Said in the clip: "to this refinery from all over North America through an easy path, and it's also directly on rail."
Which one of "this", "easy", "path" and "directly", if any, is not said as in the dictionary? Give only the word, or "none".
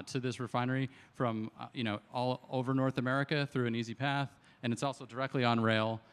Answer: none